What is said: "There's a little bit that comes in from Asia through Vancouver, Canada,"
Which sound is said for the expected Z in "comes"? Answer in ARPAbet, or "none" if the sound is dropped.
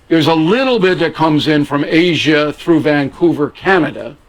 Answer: Z